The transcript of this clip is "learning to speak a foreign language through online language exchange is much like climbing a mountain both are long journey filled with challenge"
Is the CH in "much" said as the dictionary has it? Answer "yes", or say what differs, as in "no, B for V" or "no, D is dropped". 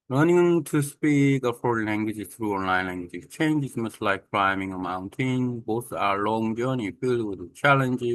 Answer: no, S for CH